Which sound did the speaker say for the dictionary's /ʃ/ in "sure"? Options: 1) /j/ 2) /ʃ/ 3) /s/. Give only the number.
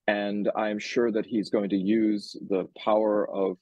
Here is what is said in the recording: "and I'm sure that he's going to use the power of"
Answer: 2